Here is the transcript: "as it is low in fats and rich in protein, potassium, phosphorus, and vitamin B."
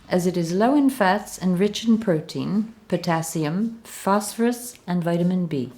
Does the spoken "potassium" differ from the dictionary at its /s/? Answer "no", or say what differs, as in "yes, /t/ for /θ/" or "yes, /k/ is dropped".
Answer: no